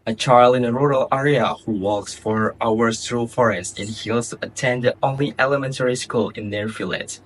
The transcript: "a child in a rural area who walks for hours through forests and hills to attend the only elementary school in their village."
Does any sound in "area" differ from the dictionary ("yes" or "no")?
no